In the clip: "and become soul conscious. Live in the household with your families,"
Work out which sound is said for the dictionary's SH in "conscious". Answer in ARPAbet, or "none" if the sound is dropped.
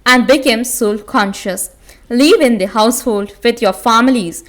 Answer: SH